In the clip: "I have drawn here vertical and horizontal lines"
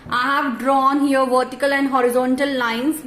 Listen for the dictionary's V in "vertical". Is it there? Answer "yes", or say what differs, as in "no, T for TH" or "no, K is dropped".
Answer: yes